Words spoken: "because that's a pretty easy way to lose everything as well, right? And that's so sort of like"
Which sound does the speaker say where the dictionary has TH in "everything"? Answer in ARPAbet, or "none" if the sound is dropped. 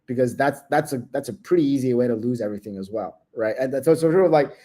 TH